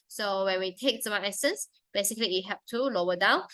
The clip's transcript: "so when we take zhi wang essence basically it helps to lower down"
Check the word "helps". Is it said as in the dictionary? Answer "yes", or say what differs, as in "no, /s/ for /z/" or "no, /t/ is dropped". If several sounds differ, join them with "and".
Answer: no, /l/ is dropped and /s/ is dropped